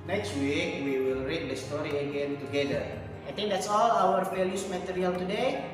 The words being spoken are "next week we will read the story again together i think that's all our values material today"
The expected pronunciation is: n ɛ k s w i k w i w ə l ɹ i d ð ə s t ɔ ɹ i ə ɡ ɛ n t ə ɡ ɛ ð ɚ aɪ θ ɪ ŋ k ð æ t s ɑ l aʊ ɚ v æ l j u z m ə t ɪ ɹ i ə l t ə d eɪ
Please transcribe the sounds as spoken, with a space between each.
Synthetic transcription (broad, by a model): n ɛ k s w i k w i w ə l ɹ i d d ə s t ɔ ɹ i ə ɡ ɛ n t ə ɡ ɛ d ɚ aɪ t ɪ ŋ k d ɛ t s ɑ l aʊ ɚ f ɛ l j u s m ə t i ɹ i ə l t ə d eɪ